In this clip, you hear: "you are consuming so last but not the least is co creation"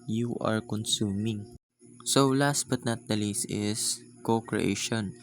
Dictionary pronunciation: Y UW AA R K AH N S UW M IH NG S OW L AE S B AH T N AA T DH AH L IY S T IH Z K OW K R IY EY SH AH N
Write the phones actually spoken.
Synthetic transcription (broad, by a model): Y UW AA R K AH N S UW M IH NG S OW L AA S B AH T N AA T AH L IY S IH S K OW K R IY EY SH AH N